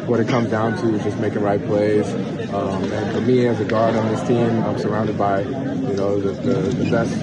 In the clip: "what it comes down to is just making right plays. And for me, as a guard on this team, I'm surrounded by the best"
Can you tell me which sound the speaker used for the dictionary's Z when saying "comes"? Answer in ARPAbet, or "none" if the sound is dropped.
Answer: Z